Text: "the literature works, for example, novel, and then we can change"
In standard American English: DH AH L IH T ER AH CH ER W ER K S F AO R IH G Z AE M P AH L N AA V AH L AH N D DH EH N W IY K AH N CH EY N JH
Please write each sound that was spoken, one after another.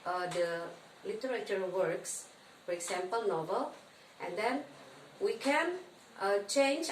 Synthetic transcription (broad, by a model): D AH L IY T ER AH CH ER W ER K S F AO R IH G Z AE M P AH L N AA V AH L AH N D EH N W IY K AH N CH EY N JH